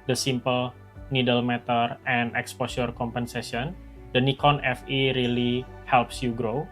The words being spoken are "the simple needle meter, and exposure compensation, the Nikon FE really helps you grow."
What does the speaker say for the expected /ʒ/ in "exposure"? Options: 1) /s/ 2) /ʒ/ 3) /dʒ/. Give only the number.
1